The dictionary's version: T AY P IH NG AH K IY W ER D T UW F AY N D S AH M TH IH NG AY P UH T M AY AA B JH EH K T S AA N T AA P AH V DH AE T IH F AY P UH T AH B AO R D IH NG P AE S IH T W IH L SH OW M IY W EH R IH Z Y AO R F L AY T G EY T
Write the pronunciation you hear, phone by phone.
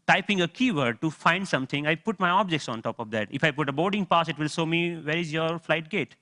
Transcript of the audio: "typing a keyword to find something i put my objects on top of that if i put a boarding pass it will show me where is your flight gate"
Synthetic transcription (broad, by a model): T AY P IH NG AH K IY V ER D T UW F AY N D S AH M T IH NG AY P UH T M AY AA B JH EH K T S AA N T AA P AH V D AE T IH F AY P UH T AH B AO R D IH NG P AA S IH T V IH L S OW M IY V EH R IH Z Y AO R F L AY T G EY T